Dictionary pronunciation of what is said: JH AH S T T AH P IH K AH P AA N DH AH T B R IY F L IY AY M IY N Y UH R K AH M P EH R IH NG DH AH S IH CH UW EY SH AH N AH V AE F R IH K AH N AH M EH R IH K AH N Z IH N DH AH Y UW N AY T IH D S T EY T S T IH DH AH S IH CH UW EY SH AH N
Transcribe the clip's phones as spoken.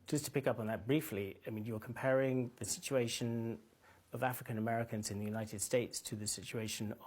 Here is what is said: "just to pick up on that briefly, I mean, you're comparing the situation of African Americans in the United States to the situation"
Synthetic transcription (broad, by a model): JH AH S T T AH P IH K AH P N DH AH T B R IY F L IY AY M IY N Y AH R K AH M P EH R IH NG DH AH S IH CH UW EY SH AH N AH V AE F R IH K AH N AH M EH R IH K AH N Z IH N DH AH Y UW N AY T IH D S T EY T S T IH DH AH S IH CH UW EY SH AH N